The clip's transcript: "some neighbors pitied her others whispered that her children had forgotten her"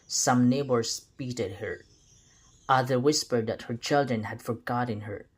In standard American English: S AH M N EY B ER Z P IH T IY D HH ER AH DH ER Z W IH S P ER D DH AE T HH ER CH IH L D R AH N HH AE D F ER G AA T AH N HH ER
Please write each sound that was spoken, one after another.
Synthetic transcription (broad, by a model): S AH M N EY B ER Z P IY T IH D HH ER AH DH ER W IH S P ER D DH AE T HH ER CH IH L D R AH N HH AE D F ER G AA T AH N HH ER